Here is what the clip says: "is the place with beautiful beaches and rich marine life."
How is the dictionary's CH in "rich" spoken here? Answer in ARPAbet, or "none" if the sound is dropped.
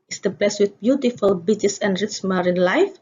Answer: S